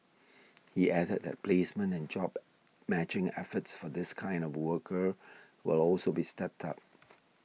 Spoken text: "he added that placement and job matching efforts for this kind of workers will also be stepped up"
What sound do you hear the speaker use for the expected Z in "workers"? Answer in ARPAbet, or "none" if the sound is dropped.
none